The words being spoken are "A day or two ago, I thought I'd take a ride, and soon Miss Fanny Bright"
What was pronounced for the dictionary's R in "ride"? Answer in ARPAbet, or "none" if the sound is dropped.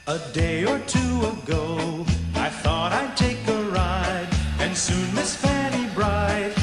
R